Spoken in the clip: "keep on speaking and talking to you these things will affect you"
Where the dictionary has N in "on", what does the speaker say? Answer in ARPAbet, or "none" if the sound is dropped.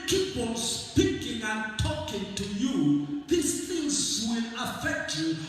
L